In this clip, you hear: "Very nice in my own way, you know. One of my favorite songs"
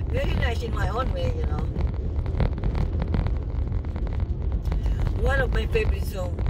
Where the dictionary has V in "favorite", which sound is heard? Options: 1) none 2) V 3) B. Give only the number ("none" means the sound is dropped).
3